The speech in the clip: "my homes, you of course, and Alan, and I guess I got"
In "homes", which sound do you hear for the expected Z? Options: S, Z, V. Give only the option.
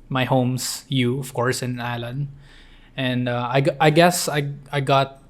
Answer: S